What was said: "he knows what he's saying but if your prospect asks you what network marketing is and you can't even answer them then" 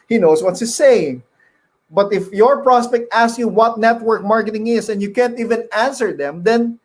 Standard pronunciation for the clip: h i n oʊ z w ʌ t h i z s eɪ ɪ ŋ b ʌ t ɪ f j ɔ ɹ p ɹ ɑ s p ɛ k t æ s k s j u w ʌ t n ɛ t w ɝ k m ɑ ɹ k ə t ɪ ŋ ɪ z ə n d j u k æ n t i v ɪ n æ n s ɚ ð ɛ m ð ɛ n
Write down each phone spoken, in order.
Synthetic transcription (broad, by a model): h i n oʊ s w ʌ t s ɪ s eɪ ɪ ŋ b ʌ t ɪ f j ɔ ɹ p ɹ ɑ s p ɛ k t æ s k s j u w ʌ t n ɛ t w ɝ k m ɑ ɹ k ə t ɪ ŋ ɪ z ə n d j u k æ n t i v ɪ n æ n s ɚ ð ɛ m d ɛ n